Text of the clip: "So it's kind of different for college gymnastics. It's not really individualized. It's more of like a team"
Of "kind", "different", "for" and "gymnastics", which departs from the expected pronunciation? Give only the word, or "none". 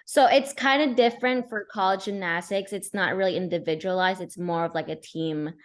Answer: gymnastics